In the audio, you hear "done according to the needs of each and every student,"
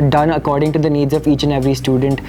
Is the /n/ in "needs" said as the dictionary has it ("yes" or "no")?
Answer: yes